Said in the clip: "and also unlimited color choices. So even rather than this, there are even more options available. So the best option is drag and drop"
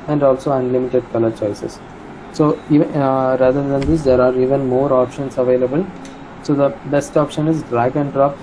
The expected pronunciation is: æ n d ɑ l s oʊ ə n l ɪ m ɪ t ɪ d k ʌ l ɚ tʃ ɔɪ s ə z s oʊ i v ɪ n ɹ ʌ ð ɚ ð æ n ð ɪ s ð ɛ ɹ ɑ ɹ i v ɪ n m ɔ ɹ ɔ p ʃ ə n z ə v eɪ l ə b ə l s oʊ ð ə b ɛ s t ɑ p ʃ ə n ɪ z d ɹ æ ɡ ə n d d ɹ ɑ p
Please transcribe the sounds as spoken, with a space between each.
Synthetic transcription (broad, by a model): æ n d ɑ l s oʊ ə n l ɪ m ɪ t ɪ d k ʌ l ɚ tʃ ɔɪ s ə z s oʊ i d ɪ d ʌ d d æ n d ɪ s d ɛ ɹ ɑ ɹ i v ɪ n m ɔ ɹ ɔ p ʃ ə n s ə v eɪ l ə b ə l s oʊ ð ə b ɛ s t ɑ p ʃ ə n ɪ z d ɹ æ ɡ ə n d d ɹ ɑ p